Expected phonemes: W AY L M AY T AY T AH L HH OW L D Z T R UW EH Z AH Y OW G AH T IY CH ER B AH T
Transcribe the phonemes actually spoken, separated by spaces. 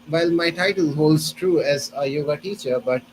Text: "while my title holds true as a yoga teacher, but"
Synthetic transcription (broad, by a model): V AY L M AY T AY T AH L HH OW L D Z T R UW EH Z AH Y OW G AH T IY CH ER B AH T